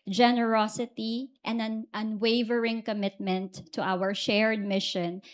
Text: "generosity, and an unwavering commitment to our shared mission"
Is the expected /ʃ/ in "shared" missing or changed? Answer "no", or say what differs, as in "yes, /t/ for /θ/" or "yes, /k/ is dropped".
no